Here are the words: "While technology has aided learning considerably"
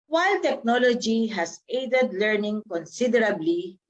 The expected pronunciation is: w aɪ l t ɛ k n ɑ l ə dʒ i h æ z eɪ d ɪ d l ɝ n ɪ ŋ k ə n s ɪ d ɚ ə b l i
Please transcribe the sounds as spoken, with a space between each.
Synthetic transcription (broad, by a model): w aɪ l t ɛ k n ɑ l ə dʒ i h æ s eɪ d ɪ d l ɝ n ɪ ŋ k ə n s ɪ d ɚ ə b l i